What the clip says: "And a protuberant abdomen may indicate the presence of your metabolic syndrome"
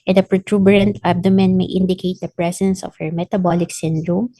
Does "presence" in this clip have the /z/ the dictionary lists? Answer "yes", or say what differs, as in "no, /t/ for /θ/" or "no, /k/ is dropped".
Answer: no, /s/ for /z/